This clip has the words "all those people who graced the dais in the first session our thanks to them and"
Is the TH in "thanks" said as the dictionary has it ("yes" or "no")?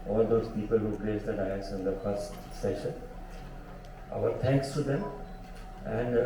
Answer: no